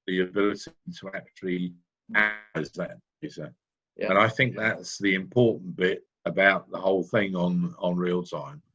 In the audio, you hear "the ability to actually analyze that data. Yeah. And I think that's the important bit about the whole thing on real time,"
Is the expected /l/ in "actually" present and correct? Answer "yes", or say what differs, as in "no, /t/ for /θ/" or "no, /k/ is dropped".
no, /l/ is dropped